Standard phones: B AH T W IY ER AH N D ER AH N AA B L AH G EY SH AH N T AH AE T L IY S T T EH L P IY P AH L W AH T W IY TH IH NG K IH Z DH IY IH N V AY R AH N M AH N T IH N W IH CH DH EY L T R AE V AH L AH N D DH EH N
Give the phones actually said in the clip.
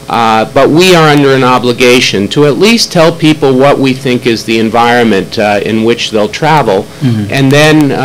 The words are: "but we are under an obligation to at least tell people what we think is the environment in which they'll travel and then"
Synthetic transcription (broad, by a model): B AH T W IY ER AH N D ER AH N AA B L AH G EY SH AH N T AH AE T L IY S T T EH L P IY P L W AH T W IY TH IH NG K IH Z DH IY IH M V AY R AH N M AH N T IH N W IH CH DH EY L T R AE V L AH N DH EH N